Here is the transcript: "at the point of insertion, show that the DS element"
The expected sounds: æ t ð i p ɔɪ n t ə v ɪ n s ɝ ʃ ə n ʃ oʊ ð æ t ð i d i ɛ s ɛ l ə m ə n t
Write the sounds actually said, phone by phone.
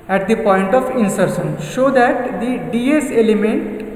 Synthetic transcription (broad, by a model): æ t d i p ɔɪ n t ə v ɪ n s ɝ s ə n ʃ oʊ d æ t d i d i ɛ s ɛ l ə m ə n t